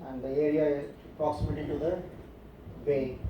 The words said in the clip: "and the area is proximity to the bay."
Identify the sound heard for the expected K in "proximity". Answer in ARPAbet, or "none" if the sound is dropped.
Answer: none